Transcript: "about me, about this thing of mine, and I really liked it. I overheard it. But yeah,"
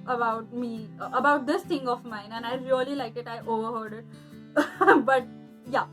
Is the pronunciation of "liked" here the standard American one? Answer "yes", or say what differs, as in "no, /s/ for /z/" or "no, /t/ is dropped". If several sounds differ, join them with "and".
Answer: no, /t/ is dropped